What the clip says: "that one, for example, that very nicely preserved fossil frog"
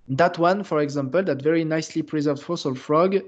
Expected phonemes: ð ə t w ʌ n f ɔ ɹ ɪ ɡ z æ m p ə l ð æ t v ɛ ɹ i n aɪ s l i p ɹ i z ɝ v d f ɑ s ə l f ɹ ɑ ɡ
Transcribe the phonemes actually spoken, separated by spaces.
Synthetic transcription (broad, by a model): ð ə t w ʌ n f ɔ ɹ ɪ ɡ z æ m p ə l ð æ t v ɛ ɹ i n aɪ s l i p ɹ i z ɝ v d f ɑ s ə l f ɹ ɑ ɡ